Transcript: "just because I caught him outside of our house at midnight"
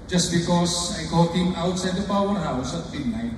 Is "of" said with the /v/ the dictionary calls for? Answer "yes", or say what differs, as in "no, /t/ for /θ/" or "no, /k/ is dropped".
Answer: no, /p/ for /v/